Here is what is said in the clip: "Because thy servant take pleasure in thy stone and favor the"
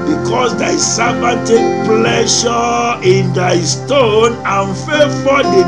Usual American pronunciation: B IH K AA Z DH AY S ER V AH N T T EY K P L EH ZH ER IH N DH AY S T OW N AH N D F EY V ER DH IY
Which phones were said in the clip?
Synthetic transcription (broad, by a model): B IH K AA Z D AY S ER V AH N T T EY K P L EH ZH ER IH N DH AY S T OW N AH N F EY F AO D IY